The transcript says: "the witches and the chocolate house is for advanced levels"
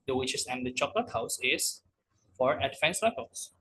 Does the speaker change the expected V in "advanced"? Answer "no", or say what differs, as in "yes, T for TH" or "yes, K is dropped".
yes, F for V